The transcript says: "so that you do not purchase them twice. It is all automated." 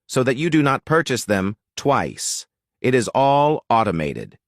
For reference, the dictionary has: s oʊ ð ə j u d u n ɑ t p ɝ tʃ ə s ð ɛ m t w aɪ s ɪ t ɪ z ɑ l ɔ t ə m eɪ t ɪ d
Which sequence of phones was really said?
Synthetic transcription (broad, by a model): s oʊ ð ə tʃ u d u n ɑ t p ɝ tʃ ə s ð ɛ m t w aɪ s ɪ t ɪ z ɑ l ɔ t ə m eɪ t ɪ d